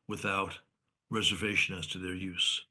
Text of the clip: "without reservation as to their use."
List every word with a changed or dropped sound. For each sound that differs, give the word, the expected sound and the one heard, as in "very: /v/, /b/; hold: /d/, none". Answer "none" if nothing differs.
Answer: none